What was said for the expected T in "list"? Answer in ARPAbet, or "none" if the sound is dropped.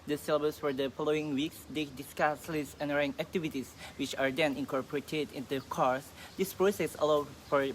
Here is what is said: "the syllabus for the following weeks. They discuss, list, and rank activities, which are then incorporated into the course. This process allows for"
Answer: none